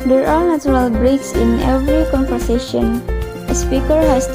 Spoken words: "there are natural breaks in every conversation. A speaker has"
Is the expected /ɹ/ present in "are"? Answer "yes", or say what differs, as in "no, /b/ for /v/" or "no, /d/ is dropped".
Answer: yes